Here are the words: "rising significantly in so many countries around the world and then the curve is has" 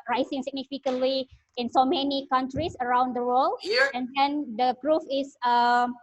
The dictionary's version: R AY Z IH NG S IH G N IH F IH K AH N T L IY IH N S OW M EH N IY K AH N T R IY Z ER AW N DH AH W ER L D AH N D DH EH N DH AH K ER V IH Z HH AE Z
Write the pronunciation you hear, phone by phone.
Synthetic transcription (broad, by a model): R AY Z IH NG S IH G N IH F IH K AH N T L IY IH N S OW M EH N IY K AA N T R IY S ER AW N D AH W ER L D AH N D EH N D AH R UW F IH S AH